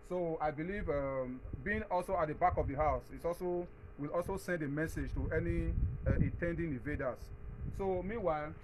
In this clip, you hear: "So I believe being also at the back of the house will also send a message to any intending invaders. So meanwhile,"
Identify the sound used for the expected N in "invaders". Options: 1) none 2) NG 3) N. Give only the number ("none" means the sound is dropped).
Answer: 1